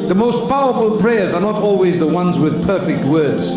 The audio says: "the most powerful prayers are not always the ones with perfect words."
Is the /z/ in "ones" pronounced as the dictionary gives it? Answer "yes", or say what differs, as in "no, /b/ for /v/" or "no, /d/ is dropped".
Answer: yes